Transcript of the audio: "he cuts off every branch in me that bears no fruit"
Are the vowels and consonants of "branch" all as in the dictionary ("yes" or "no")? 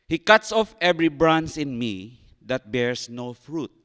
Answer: no